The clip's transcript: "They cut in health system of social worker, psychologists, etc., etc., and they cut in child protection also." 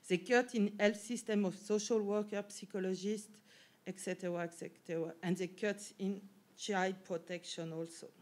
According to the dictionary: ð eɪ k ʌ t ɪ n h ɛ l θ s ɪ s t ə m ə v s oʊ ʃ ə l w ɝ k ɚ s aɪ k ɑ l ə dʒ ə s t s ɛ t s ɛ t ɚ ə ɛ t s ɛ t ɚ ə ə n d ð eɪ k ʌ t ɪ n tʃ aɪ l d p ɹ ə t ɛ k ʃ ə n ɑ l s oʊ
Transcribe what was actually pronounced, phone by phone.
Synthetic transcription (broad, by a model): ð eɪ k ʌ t ɪ n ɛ l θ s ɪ s t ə m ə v s oʊ ʃ ə l w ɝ k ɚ s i k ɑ l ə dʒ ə s t ɛ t s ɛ t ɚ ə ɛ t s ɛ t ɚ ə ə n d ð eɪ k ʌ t ɪ n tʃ aɪ d p ɹ ə t ɛ k ʃ ə n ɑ l s oʊ